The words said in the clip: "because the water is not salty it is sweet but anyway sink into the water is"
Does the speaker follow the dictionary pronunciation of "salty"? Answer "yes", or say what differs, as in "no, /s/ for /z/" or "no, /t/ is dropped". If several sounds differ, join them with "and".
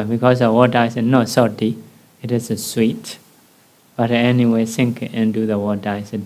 no, /l/ is dropped